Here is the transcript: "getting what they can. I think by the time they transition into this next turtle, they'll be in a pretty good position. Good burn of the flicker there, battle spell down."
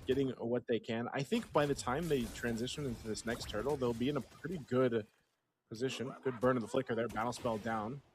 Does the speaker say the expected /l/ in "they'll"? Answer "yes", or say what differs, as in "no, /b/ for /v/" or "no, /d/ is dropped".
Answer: yes